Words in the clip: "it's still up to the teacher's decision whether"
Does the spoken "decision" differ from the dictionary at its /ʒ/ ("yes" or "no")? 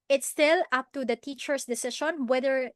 yes